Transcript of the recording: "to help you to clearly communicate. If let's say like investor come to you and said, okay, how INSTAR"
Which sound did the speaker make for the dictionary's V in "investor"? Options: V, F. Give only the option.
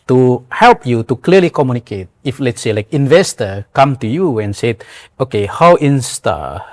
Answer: V